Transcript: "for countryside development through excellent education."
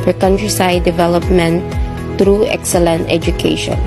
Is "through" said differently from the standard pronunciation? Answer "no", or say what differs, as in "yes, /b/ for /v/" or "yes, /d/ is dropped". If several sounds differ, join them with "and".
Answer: yes, /t/ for /θ/